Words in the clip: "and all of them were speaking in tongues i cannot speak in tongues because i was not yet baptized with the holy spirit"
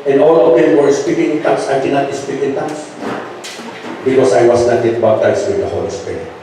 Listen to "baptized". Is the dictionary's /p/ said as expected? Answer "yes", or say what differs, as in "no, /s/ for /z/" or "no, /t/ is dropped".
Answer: no, /b/ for /p/